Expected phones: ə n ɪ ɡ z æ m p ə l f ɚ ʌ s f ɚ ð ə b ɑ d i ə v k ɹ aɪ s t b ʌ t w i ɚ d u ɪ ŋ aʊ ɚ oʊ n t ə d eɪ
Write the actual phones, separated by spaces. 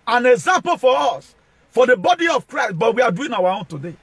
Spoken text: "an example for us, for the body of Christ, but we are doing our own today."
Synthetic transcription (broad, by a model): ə n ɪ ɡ z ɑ m p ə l f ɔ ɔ s f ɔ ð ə b ɑ d i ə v k ɹ aɪ s t b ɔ t w i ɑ d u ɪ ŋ aʊ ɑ oʊ n t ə d eɪ